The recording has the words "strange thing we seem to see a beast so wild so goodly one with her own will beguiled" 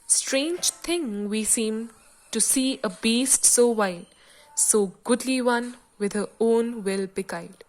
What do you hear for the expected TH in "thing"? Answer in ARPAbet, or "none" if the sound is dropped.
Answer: T